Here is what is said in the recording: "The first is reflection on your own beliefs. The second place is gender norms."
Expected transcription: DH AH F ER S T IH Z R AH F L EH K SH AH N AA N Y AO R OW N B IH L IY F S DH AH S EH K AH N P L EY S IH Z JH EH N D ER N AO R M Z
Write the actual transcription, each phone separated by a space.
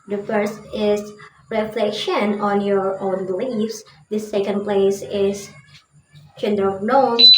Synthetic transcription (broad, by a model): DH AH F ER S T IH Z R AH F L EH K SH AH N AA N Y AO R OW N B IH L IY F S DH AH S EH K AH N P L EY S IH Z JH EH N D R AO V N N